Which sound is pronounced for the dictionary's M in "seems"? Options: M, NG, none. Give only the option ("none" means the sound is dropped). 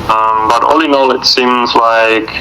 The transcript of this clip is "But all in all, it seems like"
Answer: M